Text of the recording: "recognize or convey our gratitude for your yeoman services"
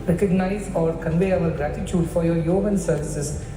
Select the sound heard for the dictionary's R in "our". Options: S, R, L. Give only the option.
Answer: L